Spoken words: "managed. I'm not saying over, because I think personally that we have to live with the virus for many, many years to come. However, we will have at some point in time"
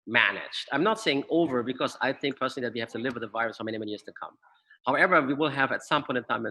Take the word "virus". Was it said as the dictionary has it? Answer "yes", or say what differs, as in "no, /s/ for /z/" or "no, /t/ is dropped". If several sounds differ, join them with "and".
yes